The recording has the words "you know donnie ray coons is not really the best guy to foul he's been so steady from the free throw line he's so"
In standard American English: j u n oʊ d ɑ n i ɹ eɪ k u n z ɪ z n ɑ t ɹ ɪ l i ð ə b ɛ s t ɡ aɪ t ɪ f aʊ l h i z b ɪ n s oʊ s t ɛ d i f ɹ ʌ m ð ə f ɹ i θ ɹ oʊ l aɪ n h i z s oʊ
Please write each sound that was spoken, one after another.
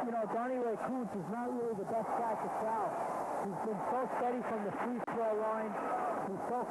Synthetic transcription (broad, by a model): j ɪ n oʊ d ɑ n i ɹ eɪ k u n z ɪ z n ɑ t ɹ ɪ l i ð ə b ɛ s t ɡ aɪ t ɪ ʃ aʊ h i z b ɪ n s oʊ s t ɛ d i f ɹ ʌ m ð ə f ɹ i s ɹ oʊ l aɪ n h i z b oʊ